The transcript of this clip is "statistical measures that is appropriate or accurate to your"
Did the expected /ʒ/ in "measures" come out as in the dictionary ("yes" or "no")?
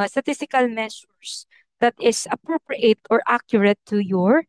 no